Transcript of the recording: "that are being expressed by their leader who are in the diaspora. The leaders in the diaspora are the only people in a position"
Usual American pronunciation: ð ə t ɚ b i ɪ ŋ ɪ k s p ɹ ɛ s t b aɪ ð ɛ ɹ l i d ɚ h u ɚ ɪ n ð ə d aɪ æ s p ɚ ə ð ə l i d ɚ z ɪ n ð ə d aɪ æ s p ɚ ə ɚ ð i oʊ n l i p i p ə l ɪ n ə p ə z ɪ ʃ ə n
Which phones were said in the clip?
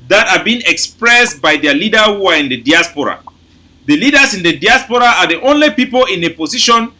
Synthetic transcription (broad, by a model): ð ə t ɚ b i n ɪ k s p ɹ ɛ s t b aɪ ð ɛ l i d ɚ h u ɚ ɪ n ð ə d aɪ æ s p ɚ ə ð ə l i d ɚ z ɪ n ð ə d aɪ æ s p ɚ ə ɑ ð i oʊ n l i p i p ə l ɪ n ə p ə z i ʃ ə n